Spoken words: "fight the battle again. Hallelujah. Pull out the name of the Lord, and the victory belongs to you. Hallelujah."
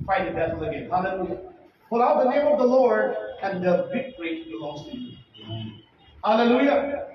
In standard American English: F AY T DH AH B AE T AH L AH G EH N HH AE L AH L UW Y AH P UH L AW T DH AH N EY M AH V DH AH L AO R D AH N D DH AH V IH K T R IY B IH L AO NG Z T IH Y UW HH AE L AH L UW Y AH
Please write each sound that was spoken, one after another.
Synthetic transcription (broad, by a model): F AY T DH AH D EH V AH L AH G EH N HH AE L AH L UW Y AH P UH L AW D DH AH N EY M AH V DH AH L AO R D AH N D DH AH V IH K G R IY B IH L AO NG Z T IH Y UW HH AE L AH L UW Y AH